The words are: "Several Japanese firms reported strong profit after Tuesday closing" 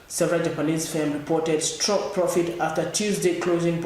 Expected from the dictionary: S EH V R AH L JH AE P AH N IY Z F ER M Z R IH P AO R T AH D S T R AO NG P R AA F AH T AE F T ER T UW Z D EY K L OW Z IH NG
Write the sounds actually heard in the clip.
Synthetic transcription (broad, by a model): S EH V R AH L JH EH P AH L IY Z F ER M R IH P AO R T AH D S T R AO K P R AA F AH T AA F T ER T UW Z D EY K L OW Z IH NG